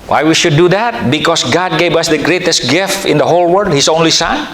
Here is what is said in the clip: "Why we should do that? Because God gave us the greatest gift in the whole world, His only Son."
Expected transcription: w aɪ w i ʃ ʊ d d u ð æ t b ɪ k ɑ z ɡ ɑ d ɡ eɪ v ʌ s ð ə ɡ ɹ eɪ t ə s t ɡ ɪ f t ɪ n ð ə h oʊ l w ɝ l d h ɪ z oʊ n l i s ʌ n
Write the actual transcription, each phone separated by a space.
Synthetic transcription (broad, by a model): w aɪ w i ʃ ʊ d d u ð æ t b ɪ k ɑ s ɡ ɑ d ɡ eɪ v ʌ s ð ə ɡ ɹ eɪ t ə s t ɡ ɪ f t ɪ n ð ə h oʊ l w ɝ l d h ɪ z oʊ n l i s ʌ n